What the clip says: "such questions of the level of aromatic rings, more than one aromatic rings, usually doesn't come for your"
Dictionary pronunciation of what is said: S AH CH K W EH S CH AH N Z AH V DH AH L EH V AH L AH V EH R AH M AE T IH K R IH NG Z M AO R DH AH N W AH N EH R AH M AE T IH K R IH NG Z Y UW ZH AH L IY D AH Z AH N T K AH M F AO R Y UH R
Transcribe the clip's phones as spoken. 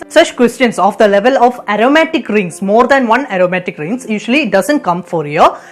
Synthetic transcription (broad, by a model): S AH CH K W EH S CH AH N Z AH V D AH L EH V AH L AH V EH R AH M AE T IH K R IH NG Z M AO R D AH N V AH N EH R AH M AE T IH K R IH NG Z Y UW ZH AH L IY D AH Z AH N T K AH M F AO R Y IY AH